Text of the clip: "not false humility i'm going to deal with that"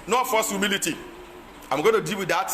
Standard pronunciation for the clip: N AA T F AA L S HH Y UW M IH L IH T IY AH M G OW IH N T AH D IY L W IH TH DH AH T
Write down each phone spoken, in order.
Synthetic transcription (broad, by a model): N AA F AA S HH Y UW M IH L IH T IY AH M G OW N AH D IY L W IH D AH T